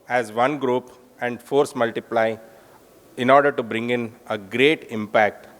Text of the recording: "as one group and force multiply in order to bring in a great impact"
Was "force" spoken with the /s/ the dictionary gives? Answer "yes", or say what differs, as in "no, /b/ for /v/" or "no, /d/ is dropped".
yes